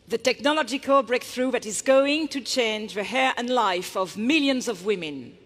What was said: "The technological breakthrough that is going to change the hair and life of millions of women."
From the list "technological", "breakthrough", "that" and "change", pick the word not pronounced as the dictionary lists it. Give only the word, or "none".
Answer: none